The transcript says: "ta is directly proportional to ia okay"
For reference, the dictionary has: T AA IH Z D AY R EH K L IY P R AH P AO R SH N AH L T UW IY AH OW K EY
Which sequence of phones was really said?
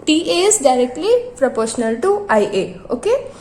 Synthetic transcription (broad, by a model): T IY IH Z D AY R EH K L IY P R AH P AO R SH N AH L T UW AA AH OW K EY